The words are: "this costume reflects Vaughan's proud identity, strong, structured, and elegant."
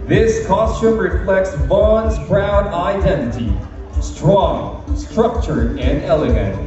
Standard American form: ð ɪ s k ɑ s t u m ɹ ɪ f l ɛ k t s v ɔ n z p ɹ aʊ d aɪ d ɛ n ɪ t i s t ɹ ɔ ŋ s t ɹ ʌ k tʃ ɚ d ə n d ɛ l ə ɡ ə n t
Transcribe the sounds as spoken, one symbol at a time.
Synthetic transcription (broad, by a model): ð ɪ s k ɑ s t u m ɹ ɪ f l ɛ k t s b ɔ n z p ɹ aʊ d aɪ d ɛ n ɪ t i s t ɹ ɔ ŋ s t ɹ ʌ k tʃ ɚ ə n d ɛ l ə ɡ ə n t